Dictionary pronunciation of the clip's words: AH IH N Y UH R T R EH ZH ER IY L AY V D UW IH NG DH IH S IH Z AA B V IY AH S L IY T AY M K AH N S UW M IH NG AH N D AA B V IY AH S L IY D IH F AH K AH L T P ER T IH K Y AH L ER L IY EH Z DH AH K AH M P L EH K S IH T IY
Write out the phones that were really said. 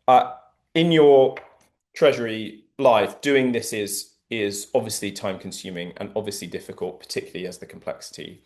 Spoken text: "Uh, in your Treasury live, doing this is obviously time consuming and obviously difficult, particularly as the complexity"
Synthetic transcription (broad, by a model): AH IH N Y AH T R EH ZH ER IY L AY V D UW IH NG DH IH S IH Z AA B V IY AH S L IY T AY M K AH N S UW M IH NG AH N AA B V IY AH S L IY D IH F AH K AH L T P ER T IH K Y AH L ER L IY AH Z DH AH K AH M P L EH K S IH T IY